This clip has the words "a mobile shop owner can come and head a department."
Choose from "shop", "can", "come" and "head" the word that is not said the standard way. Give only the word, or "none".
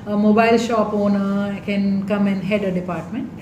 none